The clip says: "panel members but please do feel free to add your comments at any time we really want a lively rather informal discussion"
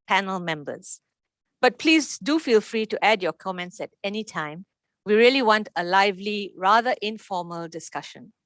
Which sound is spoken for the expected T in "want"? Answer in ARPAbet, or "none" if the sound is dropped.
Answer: T